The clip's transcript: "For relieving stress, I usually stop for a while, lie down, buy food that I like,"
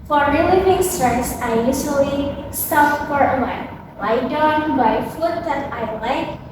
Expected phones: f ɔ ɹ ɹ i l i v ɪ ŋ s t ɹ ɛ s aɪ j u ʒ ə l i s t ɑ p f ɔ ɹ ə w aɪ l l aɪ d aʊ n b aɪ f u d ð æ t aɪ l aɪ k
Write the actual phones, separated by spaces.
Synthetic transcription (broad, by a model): f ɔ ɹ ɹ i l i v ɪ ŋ s t ɹ ɛ s aɪ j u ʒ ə l i s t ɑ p f ɔ ɹ ə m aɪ n l aɪ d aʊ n b aɪ f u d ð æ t aɪ l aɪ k